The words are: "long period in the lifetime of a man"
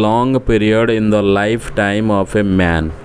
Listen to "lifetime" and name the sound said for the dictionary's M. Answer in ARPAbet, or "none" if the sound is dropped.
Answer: M